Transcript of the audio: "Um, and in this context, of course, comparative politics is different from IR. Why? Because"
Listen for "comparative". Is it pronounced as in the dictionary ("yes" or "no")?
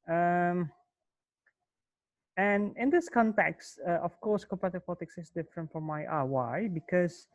no